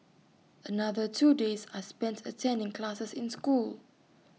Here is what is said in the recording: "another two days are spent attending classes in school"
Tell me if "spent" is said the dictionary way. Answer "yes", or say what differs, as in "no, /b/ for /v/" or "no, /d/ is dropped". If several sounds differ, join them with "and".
yes